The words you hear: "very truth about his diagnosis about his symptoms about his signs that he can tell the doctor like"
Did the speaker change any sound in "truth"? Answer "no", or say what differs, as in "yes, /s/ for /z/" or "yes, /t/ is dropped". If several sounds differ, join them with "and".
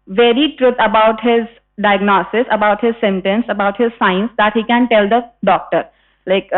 yes, /t/ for /θ/